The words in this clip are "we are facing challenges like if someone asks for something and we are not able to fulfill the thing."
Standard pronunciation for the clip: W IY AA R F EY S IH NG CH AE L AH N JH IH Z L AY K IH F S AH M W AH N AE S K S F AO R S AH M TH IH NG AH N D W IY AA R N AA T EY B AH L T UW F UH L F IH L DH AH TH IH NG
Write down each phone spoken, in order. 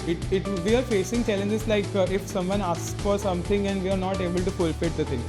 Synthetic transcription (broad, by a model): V IY AA R F EY S IH NG CH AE L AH N JH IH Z L AY K IH F S AH M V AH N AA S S F AO R S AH M T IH NG AH N D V IY AA R N AA T EY B AH L T UW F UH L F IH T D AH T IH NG